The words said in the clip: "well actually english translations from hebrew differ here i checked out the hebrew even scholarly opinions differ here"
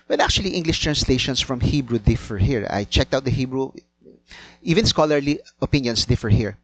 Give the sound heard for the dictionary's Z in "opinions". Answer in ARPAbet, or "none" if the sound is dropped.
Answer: S